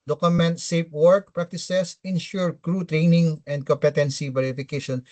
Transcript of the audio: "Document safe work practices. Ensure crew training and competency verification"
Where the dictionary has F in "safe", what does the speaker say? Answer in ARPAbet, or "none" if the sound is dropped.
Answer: P